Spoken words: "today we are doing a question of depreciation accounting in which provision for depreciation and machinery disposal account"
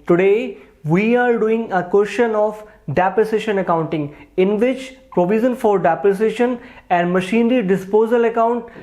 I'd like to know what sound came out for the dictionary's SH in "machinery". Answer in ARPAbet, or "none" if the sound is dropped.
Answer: SH